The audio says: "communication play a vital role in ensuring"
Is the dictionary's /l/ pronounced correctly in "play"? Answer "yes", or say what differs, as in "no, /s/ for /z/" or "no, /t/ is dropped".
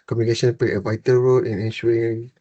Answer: no, /l/ is dropped